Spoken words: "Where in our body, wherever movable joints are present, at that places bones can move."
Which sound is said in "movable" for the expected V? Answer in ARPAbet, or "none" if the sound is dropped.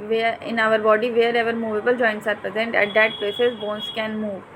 V